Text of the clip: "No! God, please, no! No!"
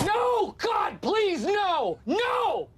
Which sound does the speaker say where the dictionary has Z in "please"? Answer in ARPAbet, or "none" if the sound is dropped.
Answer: Z